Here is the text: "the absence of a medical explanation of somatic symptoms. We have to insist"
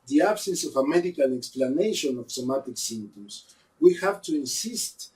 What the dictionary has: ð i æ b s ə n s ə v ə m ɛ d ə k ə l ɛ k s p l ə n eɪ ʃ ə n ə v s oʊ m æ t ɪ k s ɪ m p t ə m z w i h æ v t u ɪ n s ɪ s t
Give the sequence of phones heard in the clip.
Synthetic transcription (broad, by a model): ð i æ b s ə n s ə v ə m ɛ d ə k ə l ɛ k s p l ə n eɪ ʃ ə n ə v s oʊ m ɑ t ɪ k s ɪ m t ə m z w i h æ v t u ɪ n s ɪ s t